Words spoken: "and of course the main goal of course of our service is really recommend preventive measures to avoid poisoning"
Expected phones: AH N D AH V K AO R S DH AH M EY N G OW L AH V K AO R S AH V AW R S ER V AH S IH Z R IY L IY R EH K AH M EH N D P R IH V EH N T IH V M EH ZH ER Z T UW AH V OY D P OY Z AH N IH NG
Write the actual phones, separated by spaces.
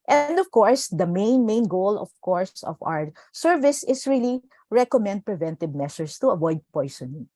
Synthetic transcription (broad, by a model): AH N D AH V K AO R S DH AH M EY N G OW L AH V K AO R S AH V AW R S ER V AH S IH S R IY L IY R EH K AH M EH N D P R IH V EH N T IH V M EH S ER S T UW AH V OY D P OY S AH N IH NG